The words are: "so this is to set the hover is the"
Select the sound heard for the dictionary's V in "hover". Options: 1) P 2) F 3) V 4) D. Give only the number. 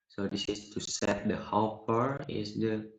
1